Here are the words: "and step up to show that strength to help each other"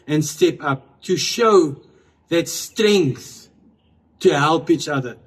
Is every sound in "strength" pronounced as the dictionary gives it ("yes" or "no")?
yes